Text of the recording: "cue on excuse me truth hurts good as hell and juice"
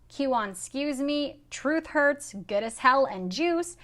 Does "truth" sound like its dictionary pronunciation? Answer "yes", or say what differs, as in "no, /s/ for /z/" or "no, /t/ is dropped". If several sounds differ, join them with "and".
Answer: yes